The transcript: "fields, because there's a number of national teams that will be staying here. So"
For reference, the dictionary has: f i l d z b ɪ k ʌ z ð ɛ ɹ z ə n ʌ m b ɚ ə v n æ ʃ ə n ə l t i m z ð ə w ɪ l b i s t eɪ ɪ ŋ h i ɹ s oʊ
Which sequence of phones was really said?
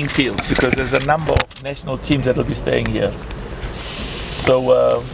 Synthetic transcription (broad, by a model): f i l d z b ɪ k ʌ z ð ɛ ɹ z ə n ʌ m b ɚ ə v n æ ʃ ə n ə l t i m z ð ə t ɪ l b i s t eɪ ɪ ŋ h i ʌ s oʊ